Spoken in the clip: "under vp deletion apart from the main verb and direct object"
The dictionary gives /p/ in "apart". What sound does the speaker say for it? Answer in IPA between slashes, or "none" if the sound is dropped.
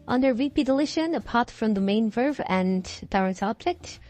/p/